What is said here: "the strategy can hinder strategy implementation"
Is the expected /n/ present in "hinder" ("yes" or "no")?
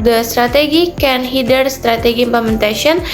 no